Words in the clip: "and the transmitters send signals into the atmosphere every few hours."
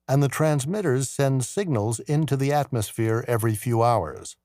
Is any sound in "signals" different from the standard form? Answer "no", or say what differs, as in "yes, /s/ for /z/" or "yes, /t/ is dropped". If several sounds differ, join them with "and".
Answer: no